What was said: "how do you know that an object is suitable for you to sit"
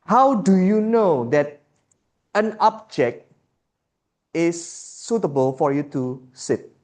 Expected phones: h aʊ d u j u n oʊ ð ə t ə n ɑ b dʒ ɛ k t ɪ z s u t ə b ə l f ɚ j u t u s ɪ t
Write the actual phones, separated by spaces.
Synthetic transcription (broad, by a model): h aʊ d u j u n oʊ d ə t ə n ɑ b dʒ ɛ k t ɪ s u t ə b ə l f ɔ j u t u s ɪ t